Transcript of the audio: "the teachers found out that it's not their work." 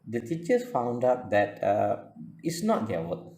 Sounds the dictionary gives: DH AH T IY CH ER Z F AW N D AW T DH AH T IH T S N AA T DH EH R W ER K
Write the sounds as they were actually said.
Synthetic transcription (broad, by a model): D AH T IY CH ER S F AW N D AW T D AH T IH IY S N AA T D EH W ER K